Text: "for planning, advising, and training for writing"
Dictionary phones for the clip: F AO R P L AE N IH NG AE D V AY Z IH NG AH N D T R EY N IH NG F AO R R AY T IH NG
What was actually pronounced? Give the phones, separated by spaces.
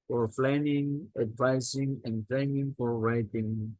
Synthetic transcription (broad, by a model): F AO R F L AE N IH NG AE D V AY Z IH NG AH N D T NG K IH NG F AO R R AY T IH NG